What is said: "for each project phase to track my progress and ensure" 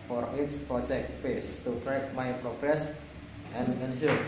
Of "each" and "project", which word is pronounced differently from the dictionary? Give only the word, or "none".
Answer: each